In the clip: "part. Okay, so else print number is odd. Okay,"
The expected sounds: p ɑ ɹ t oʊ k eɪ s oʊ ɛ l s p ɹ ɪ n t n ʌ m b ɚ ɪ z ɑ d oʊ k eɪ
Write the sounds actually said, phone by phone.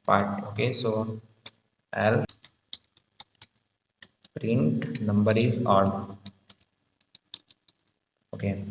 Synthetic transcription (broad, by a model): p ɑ ɹ t oʊ k eɪ s oʊ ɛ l p ɹ ɪ n t n ʌ m b ɚ ɪ z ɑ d oʊ k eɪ